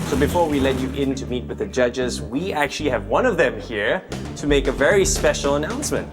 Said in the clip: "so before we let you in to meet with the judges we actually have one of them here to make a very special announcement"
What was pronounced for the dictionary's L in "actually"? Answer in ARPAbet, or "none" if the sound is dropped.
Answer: L